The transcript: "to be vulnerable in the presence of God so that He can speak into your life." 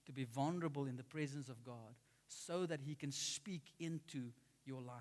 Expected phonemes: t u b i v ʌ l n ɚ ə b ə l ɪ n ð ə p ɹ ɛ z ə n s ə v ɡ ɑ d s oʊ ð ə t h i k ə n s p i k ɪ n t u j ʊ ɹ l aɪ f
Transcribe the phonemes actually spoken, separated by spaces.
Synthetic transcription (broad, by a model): t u b i v ʌ l n ɚ ə b ə l ɪ n ð ə p ɹ ɛ z ə n s ə v ɡ ɑ d s oʊ ð ə t h i k ə n s p i k ɪ n t u j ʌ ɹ l aɪ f